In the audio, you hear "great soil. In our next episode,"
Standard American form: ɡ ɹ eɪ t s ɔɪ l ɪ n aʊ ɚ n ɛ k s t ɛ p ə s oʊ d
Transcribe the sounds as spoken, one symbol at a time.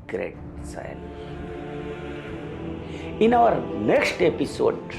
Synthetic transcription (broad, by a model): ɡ ɹ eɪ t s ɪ n ɪ n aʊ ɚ n ɛ k s t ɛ p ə s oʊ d